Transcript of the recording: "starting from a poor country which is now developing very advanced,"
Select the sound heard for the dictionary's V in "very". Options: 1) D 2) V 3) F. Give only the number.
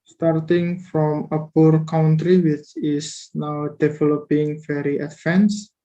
3